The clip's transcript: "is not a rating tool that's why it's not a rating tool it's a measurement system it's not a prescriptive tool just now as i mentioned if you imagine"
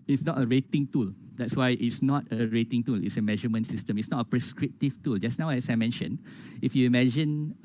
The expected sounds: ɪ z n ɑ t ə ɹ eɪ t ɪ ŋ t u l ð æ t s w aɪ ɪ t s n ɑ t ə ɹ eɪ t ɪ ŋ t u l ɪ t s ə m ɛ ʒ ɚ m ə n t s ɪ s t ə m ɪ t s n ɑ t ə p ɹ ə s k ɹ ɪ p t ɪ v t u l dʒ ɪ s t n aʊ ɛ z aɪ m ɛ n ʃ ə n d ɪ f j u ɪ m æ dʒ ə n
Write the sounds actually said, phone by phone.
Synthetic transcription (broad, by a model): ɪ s n ɑ t ə ɹ eɪ t ɪ ŋ t u l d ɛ t s w aɪ ɪ t s n ɑ t ə ɹ eɪ t ɪ ŋ t u l ɪ t s ə m ɛ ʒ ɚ m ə n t s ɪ s t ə m ɪ t s n ɑ t ə p ɹ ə s k ɹ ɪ p t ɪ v t u l dʒ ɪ s n aʊ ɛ s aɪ m ɛ n ʃ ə n ɪ f j u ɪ m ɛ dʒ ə n